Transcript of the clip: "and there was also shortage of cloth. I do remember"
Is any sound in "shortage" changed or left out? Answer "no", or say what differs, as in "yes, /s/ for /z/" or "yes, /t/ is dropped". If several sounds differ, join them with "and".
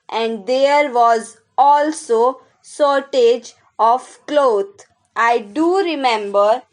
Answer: yes, /s/ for /ʃ/